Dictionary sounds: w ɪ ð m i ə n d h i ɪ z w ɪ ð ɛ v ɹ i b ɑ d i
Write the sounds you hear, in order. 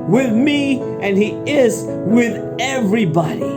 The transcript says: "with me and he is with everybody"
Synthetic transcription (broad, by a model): w ɪ ð m i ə n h i ɪ z w ɪ ð ɛ v ɹ i b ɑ d i